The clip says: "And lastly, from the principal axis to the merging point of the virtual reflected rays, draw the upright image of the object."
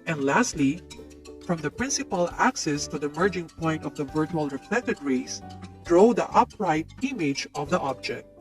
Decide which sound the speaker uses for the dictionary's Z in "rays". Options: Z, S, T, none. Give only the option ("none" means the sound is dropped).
S